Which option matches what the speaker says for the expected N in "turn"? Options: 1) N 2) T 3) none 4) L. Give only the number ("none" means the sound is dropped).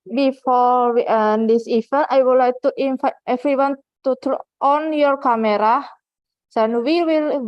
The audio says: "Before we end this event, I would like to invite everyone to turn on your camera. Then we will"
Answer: 3